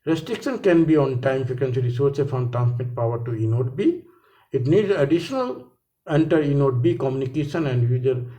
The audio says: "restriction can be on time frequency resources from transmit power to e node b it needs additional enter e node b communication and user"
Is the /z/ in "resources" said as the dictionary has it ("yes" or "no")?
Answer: no